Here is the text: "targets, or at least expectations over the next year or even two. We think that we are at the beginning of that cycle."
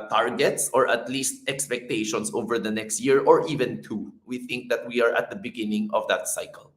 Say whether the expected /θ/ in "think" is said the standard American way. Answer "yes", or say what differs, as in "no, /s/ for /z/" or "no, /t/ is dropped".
yes